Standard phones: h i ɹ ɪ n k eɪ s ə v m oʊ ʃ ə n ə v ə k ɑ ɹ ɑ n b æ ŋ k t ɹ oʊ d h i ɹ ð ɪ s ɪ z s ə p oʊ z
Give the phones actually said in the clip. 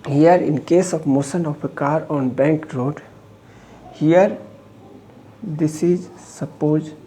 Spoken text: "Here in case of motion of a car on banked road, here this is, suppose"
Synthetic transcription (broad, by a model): h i ɹ ɪ n k eɪ s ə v m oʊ s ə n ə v ə k ɑ ɹ ɑ n b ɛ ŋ k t ɹ oʊ d h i ɹ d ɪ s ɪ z s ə p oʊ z